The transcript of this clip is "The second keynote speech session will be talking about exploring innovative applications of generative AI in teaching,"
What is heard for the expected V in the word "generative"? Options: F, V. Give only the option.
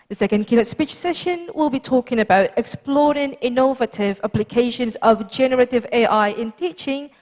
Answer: V